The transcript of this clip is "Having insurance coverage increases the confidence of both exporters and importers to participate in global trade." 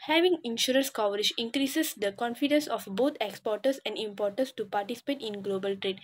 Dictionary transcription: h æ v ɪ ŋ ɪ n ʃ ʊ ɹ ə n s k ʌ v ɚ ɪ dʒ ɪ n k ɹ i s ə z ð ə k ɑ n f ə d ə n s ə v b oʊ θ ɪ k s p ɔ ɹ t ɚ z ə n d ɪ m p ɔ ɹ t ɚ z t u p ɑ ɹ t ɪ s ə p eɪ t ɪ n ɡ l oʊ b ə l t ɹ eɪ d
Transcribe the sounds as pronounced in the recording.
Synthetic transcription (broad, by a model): h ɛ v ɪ ŋ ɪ n ʃ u ɹ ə n s k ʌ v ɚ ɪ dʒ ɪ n k ɹ i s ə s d ə k ɑ n f ə d ə n s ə f b oʊ t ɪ k s p ɔ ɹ t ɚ s ə n d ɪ m p ɔ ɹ t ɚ s t u p ɑ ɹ t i s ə p eɪ t ɪ n ɡ l oʊ b ə l t ɹ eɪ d